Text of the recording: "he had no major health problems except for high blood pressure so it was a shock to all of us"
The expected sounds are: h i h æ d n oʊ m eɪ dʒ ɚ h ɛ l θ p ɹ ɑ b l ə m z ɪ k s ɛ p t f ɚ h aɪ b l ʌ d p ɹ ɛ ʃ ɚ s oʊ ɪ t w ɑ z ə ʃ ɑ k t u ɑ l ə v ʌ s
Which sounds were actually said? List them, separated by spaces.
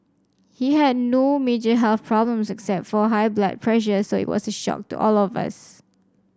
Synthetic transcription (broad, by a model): h i h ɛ d n oʊ m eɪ dʒ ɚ h ɛ l θ p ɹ ɑ b l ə m s ɪ k s ɛ p t f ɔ h aɪ b l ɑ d p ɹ ɛ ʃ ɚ s oʊ ɪ t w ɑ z ə ʃ ɑ k t u ɑ l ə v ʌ s